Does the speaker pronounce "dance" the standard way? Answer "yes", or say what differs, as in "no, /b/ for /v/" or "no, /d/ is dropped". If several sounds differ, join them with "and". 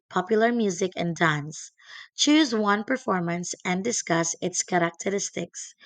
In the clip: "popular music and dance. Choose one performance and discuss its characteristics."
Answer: yes